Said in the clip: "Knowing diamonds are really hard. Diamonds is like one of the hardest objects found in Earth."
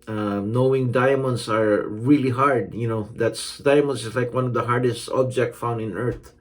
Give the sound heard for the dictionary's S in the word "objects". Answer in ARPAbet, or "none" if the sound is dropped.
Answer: none